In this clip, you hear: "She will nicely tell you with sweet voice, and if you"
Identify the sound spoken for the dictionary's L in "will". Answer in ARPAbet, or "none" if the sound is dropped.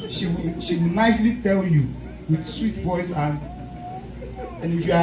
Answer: W